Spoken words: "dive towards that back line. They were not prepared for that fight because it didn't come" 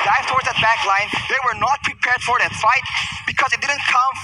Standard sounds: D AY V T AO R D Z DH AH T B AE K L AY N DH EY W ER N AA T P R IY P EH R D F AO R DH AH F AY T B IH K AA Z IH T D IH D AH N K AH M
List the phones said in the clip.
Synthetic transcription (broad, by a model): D AY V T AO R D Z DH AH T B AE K L AY N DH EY W ER N AA T P R IY P EH R D F AO R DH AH F AY T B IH K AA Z IH T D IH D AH N K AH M